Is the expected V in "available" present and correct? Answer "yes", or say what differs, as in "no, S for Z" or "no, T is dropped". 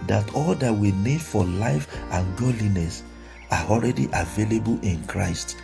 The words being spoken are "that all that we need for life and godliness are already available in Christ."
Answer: yes